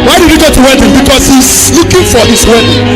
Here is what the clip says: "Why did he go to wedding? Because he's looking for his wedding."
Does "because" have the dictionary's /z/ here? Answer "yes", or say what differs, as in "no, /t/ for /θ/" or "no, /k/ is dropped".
no, /s/ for /z/